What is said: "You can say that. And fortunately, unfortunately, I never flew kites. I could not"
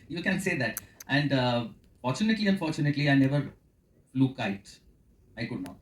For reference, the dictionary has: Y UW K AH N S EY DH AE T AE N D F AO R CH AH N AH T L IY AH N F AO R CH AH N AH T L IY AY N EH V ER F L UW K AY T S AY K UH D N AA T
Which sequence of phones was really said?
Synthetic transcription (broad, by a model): Y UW K AH N S EY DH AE T AE N D F AO R CH AH N AH T L IY AH N F AO R CH AH N AH T L IY AY N EH V ER F L UW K AY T AY K UH D N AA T